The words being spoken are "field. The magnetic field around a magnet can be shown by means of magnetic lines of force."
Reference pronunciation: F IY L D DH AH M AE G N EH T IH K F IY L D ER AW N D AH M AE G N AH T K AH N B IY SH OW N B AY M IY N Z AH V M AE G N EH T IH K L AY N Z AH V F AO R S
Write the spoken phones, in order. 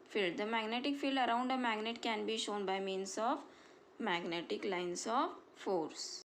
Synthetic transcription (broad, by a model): F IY L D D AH M AE G N EH T IH K F IY L D ER AW N D AH M AE G N AH T K AH N B IY SH OW N B AY M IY N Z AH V M AE G N EH T IH K L AY N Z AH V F AO R S